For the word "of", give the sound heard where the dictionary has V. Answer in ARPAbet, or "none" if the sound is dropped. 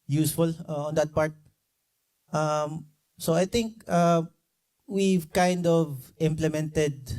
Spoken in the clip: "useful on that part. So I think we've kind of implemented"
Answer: V